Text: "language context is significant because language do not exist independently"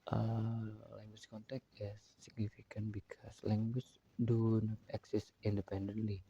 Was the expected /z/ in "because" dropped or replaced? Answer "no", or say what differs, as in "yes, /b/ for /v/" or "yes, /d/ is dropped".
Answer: yes, /s/ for /z/